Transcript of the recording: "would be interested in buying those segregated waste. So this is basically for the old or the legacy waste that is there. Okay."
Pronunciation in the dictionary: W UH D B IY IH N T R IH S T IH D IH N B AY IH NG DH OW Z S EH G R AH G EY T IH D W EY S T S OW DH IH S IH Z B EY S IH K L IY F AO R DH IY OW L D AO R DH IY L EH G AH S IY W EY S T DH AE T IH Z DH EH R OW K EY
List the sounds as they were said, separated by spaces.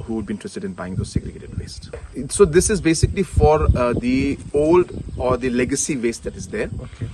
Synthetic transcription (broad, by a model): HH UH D B IY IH T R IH S T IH D IH N B AY IH NG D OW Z S EH G R AH G EY T IH D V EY S T S OW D IH S IH Z B EY S IH K L IY F AO R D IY OW L D AO R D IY L EH G AH S IY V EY S T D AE T IH Z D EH R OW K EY